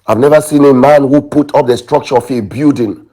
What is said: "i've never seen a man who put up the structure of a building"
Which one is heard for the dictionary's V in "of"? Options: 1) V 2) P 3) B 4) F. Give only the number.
4